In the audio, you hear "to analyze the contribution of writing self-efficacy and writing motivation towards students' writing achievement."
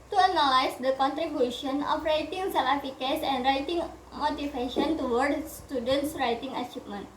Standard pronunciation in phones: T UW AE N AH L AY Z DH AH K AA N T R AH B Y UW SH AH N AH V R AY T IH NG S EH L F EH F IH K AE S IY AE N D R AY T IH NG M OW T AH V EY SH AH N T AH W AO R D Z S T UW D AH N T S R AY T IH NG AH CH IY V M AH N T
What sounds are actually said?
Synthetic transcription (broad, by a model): T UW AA N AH L AY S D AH K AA N T R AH B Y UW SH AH N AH F R AY T IH NG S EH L EH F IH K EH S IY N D R AY T IH NG M OW T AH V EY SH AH N T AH W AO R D S T UW D AH N T S R AY T IH NG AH CH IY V M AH N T